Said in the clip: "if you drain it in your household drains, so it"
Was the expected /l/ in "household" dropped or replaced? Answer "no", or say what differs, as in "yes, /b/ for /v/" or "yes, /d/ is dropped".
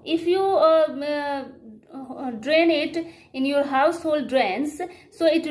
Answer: no